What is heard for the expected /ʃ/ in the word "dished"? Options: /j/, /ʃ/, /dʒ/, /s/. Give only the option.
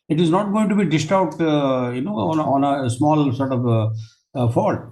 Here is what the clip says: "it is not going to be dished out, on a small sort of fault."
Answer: /s/